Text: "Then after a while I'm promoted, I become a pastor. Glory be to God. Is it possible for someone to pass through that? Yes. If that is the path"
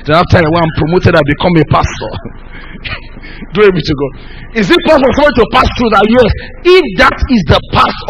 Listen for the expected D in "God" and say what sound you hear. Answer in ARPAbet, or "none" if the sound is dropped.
none